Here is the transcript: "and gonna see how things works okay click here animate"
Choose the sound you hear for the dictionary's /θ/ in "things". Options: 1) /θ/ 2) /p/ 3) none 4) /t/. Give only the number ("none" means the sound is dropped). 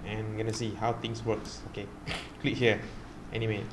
4